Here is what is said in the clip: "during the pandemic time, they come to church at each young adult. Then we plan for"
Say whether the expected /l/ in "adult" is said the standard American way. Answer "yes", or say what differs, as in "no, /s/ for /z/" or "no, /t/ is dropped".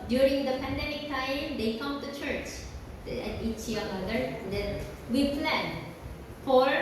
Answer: no, /l/ is dropped